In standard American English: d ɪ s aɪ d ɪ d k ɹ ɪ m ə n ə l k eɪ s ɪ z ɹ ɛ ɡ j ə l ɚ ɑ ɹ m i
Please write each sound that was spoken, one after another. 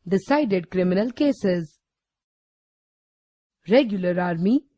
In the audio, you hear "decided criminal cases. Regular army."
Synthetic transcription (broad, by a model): d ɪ s aɪ d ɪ d k ɹ ɪ m ə n ə l k eɪ s ɪ z ɹ ɛ ɡ j ə l ɚ ɑ ɹ m i